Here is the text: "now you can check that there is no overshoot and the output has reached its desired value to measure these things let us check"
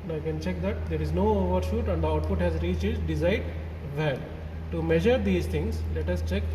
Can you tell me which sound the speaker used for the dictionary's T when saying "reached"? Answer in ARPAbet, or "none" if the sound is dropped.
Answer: none